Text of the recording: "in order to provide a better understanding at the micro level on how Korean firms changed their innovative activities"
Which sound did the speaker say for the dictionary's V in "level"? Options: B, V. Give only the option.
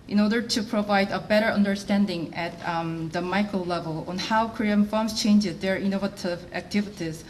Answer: V